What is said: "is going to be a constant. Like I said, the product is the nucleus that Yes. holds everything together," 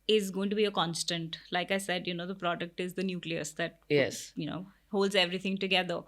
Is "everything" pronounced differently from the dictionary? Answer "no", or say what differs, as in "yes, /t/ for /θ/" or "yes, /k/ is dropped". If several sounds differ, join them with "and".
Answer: yes, /t/ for /θ/